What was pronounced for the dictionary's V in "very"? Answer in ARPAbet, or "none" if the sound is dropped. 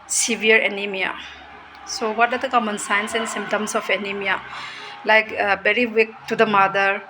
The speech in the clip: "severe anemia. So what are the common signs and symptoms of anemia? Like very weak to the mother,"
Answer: B